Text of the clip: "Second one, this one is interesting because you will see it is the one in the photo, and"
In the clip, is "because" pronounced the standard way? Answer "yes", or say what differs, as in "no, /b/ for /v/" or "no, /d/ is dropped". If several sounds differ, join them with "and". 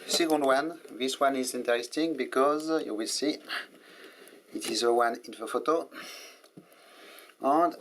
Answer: yes